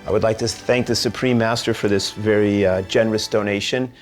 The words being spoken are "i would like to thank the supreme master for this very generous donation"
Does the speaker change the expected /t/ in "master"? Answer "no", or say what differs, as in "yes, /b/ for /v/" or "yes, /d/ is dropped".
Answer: no